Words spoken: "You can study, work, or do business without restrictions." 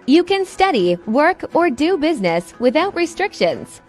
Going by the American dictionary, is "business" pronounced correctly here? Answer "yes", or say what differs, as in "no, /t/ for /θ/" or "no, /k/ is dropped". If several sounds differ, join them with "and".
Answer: yes